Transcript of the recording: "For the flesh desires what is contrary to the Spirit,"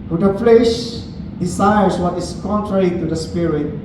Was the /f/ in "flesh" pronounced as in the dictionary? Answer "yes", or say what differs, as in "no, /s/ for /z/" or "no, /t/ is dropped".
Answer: yes